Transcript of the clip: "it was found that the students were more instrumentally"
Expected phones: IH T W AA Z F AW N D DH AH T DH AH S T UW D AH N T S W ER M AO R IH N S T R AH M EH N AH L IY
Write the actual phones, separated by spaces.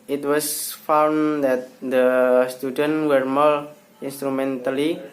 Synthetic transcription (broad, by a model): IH T W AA S F AW N D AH T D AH S T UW D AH N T W ER M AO L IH N S T R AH M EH N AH L IY